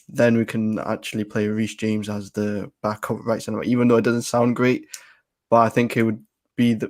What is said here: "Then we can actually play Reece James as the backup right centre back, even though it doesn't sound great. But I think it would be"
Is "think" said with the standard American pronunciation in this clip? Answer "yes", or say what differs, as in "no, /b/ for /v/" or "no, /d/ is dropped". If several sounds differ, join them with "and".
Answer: yes